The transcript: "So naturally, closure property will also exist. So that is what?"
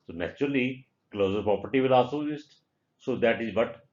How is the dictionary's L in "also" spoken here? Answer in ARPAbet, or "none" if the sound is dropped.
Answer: none